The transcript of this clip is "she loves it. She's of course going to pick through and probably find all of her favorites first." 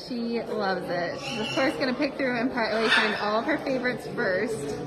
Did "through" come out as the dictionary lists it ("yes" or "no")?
yes